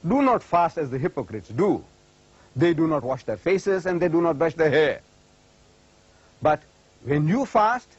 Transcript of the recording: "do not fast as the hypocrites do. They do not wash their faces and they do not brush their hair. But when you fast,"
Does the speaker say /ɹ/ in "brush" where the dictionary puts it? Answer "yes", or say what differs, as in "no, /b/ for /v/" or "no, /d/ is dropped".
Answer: no, /ɹ/ is dropped